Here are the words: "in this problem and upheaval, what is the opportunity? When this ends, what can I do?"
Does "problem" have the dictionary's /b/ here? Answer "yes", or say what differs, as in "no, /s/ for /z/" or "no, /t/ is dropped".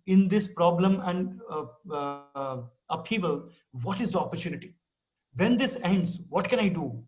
yes